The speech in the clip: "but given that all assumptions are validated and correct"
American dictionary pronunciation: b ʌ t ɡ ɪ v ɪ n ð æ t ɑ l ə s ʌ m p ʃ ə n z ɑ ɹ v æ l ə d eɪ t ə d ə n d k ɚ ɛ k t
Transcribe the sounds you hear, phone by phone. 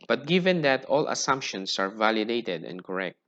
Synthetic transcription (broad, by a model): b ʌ t ɡ ɪ v ɪ n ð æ t ɑ l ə s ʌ m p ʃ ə n s ɑ ɹ v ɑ l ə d eɪ t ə d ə n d k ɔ ɛ k t